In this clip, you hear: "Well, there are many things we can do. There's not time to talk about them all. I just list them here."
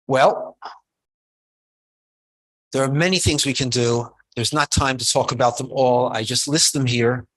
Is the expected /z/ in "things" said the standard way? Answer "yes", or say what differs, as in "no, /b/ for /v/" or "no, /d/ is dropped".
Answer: yes